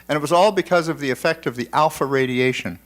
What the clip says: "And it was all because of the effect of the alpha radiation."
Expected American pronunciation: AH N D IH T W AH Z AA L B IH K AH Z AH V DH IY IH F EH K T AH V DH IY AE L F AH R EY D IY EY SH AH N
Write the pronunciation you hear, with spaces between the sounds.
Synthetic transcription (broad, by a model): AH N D IH T W AH Z AA L B IH K AH Z AH V DH IY IH F EH K T AH V DH IY AE L F AH R EY D IY EY SH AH N